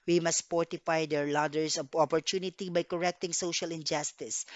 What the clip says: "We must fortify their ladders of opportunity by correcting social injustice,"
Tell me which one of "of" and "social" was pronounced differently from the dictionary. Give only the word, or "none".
of